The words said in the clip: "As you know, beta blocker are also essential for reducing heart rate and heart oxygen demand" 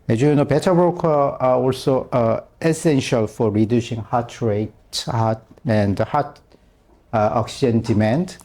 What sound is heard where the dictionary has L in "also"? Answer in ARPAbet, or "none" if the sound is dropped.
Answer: L